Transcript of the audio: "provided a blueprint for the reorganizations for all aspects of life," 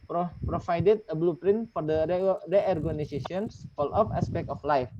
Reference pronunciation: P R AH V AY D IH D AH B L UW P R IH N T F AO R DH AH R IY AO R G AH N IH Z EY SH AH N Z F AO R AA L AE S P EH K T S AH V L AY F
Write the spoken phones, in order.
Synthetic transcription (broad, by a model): P R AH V AY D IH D AH B L UW P R IH N T F AO R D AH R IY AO R G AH N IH S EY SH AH N S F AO L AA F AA S P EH K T AH F L AY F